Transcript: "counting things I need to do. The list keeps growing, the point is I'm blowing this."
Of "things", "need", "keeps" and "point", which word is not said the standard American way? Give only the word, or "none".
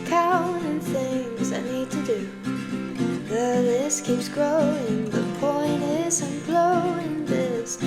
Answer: none